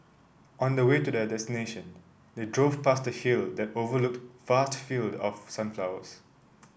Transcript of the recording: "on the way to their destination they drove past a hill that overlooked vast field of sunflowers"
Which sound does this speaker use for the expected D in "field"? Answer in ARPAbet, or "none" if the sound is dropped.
D